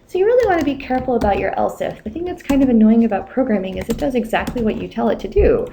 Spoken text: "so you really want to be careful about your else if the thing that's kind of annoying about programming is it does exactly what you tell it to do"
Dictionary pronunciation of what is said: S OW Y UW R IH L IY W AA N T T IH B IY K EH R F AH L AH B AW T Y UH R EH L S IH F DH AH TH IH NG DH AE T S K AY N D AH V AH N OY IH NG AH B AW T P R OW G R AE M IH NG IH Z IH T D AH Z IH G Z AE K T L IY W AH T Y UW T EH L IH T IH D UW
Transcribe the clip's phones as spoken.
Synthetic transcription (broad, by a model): S OW Y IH R IH L IY W AA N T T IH B IY K EH R F L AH B AW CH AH R EH L S IH F DH AH TH IH NG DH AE T S K AY N D AH V AH N OY IH NG AH B AW T P R OW G R AE M IH NG IH Z IH T D AH Z IH G Z AE K T L IY W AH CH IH T EH L IH T IH D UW